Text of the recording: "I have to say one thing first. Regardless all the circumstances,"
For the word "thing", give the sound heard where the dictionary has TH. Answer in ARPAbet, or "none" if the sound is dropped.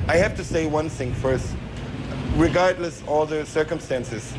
TH